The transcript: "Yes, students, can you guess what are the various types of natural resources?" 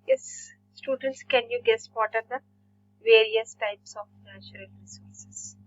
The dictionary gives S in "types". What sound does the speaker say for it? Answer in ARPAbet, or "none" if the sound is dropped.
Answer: S